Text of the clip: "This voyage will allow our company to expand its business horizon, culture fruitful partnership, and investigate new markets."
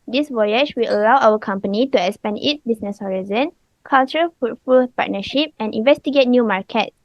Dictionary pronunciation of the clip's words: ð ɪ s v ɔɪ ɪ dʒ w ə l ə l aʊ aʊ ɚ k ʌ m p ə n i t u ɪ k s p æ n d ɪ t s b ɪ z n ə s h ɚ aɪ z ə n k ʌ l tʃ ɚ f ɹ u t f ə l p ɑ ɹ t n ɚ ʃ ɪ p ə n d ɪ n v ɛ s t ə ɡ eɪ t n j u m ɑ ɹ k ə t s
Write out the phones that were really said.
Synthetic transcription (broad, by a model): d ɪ s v ɔɪ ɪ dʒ w ə l ə l aʊ aʊ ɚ k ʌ m p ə n i t u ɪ k s p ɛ n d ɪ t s b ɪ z n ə s h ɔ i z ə n k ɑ l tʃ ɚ f u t f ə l p ɑ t n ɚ ʃ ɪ p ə n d ɪ n v ɛ s t ə ɡ eɪ t n j u m ɑ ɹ k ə t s